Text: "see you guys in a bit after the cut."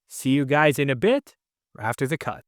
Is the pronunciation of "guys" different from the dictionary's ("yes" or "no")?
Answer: no